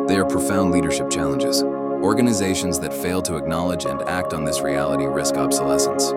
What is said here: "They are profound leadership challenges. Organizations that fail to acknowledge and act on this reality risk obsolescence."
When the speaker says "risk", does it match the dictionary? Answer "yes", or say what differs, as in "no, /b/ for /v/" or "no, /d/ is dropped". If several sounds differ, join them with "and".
yes